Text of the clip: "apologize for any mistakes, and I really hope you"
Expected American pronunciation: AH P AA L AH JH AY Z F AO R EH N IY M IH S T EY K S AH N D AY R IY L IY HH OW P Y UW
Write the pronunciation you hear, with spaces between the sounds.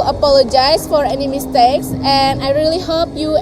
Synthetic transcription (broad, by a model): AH P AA L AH JH AY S F AO R EH N IY M IH S T EY K S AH N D AY R IY L IY HH OW P Y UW